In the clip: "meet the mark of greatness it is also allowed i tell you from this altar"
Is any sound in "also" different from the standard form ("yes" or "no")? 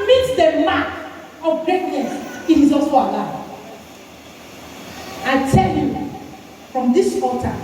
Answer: yes